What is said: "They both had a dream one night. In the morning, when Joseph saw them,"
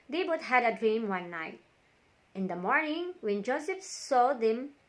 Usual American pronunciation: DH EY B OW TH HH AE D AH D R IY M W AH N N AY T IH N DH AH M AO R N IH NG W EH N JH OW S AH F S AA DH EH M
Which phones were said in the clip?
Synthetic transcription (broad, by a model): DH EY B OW T HH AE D AH D R IY M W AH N N AY T IH N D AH M AO R N IH NG W EH N JH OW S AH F S AA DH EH M